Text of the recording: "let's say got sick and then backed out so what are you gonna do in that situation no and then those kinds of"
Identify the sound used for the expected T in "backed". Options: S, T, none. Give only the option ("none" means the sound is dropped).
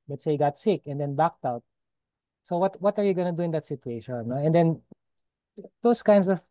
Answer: T